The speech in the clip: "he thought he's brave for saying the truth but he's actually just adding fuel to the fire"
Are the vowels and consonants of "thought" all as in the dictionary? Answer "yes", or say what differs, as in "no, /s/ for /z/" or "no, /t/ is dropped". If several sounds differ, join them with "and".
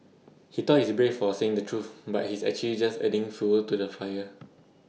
no, /t/ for /θ/